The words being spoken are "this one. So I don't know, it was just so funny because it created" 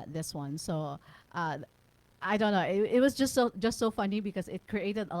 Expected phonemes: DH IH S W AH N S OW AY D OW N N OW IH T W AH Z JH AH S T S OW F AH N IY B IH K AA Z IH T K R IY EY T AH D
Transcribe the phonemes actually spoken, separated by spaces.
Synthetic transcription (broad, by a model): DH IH S W AH N S OW AY D OW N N OW IH T W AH S JH AH S T S OW F AH N IY B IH K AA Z IH T K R IY EY T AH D